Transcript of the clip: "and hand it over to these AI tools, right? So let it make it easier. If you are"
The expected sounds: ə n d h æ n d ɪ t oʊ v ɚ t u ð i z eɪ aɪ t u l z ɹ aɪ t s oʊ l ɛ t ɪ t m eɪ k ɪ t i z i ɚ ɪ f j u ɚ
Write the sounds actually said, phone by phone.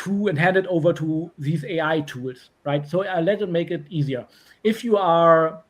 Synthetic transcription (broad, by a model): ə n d h æ n d ɪ t oʊ v ɚ t u ð i z eɪ aɪ t u l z ɹ aɪ t s oʊ l ɛ t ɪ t m eɪ k ɪ t i z i ɚ ɪ f j u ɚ